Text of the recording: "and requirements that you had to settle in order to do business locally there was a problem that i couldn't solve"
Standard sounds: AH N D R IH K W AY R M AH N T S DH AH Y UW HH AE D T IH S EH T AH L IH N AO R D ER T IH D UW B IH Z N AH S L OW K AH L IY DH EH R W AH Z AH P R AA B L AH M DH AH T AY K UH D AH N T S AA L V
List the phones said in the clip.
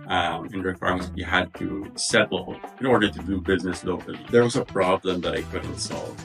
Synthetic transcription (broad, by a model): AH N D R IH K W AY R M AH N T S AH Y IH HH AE D T IH S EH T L IH N AO R D ER T IH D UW B IH Z N AH S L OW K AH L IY DH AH R W AH Z AH P R AA B L AH M DH AH T AY K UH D N T S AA L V